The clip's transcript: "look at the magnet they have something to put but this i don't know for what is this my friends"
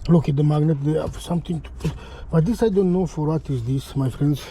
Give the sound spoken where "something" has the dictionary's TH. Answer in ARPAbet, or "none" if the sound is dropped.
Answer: T